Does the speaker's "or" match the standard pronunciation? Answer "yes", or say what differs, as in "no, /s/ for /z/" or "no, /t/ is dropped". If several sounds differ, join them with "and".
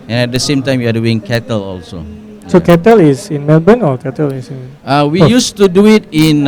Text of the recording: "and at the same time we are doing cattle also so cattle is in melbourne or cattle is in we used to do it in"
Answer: no, /l/ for /ɹ/